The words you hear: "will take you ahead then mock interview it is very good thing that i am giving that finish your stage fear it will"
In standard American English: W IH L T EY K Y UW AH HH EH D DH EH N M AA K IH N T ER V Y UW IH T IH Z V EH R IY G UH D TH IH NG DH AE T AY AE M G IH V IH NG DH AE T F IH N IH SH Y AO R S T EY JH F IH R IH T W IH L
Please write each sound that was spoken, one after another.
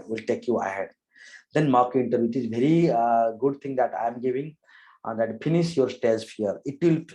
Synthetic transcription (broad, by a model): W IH L T EY K Y UW AH HH EH D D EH N M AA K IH N T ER Y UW IH T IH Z V EH R IY G UH D T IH NG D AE T AY M G IH V IH NG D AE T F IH N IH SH Y AO R S T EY Z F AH R IH T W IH L